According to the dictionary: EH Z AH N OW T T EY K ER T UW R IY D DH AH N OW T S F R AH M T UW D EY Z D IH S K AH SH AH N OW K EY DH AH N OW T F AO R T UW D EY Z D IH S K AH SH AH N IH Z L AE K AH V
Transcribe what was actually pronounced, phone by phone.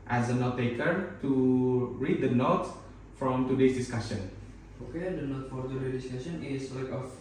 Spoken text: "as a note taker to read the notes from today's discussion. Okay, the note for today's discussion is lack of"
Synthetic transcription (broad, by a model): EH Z AH N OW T T EY K ER T UW R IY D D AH N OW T F R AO M T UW D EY S D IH S K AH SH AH N OW K EY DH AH N OW T F AO R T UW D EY D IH S K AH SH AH N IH S L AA K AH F